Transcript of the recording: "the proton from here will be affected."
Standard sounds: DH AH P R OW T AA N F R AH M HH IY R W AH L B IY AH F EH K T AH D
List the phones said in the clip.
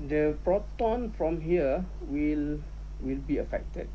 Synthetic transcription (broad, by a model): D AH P R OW T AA N F R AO M HH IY L W AH L B IY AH F EH K T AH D